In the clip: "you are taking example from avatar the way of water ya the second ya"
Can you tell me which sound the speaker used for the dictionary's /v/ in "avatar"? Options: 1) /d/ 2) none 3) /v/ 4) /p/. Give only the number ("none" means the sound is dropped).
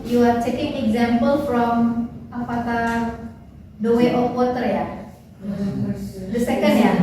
4